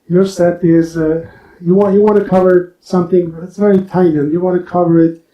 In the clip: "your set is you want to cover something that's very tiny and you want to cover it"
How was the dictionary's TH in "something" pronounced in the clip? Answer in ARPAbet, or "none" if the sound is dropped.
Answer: TH